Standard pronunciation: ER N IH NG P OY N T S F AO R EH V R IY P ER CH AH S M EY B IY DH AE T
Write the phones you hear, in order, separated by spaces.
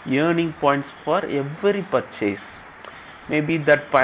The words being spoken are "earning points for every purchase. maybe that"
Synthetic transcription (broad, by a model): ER N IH NG P OY N T S F AO R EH V R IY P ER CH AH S M EY B IY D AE T